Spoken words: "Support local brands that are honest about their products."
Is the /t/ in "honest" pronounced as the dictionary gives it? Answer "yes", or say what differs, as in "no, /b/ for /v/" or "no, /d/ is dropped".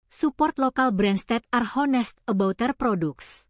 yes